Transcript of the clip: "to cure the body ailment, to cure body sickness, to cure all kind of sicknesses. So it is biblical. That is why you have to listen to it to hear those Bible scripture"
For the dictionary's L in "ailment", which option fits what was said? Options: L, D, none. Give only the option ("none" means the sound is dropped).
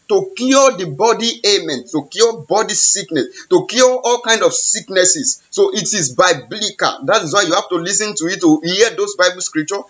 none